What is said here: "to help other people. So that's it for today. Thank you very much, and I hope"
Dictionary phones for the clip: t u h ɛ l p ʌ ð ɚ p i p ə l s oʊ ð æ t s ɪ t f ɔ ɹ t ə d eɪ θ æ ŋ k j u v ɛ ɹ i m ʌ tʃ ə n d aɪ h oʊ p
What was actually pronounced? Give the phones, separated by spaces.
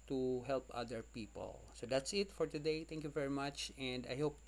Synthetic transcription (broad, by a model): t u h ɛ l p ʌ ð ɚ p i p ə l s oʊ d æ t s ɪ t f ɔ ɹ t ə d eɪ t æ ŋ k j u v ɛ ɹ i m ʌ tʃ ə n d aɪ h oʊ p